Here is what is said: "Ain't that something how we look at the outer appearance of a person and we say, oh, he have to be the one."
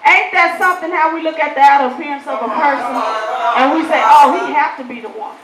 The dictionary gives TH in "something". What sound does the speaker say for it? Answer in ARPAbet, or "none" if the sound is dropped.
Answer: TH